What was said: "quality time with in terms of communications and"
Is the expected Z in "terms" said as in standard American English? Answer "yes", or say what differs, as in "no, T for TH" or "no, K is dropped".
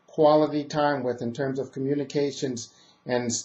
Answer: yes